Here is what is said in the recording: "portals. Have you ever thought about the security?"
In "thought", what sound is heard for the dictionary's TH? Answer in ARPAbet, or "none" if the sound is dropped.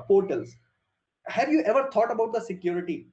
T